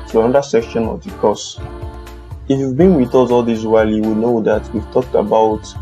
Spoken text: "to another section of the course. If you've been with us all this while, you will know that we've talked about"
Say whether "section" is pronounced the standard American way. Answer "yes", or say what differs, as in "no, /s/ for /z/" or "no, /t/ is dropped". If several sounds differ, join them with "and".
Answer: yes